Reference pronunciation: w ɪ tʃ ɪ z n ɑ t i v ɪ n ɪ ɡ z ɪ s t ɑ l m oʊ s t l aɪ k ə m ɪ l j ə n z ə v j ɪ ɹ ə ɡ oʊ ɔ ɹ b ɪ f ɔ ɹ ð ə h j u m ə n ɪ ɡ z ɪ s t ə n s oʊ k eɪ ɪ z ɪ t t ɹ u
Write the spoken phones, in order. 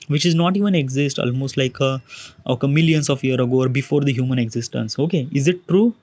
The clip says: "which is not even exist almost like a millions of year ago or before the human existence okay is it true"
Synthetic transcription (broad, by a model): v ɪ tʃ ɪ z n ɑ t i v ɪ n ɪ ɡ z ɪ s t ɑ l m oʊ s t l aɪ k ə m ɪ l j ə n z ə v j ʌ ɹ ə ɡ oʊ ɔ ɹ b ɪ f ɔ ɹ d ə h j u m ə n ɪ ɡ z ɪ s t ə n s oʊ k eɪ ɪ z ɪ t t ɹ u